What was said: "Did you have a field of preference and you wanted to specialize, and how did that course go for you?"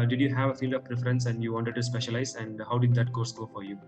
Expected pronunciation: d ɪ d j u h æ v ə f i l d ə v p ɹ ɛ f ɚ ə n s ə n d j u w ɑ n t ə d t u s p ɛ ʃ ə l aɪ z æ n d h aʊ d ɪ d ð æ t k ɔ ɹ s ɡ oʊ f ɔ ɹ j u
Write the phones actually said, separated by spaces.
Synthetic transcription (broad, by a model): d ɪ d j u h æ v ə f i l d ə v p ɹ ɛ f ɚ ə n s ə n d j u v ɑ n t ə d t u s p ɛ ʃ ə l aɪ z æ n d h aʊ d ɪ d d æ t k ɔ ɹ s ɡ oʊ f ɔ ɹ j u